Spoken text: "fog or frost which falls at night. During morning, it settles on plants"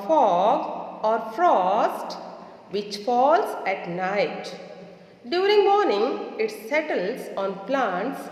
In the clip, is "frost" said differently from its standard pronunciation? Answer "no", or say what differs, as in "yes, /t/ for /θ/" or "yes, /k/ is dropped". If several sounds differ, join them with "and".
no